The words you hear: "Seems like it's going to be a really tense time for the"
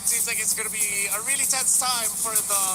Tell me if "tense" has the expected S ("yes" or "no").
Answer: yes